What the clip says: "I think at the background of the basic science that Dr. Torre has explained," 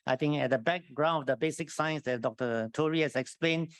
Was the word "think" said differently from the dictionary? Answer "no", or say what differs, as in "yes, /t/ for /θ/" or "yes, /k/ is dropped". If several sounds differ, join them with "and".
yes, /t/ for /θ/